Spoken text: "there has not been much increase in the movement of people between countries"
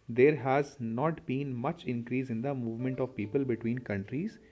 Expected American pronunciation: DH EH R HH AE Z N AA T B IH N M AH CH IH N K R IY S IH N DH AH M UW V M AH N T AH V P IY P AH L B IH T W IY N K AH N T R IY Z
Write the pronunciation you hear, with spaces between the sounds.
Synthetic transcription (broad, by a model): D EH R HH AE Z N AA T B IH N M AH CH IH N K R IY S IH N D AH M UW V M AH N T AH V P IY P AH L B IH T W IY N K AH N T R IY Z